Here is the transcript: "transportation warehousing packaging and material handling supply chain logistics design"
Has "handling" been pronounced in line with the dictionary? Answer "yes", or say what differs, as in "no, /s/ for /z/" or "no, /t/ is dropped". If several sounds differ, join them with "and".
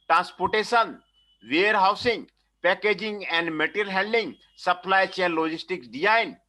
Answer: no, /l/ is dropped